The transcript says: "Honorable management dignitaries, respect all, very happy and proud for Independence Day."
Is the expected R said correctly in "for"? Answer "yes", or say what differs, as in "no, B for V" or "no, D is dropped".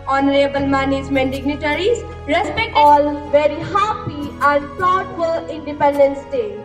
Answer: no, L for R